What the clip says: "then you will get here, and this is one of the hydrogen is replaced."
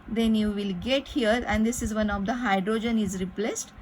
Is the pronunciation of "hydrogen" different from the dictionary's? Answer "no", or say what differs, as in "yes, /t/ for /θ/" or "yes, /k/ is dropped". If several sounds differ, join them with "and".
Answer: no